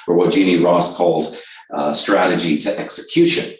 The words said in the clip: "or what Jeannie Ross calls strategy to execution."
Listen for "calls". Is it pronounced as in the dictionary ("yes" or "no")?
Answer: yes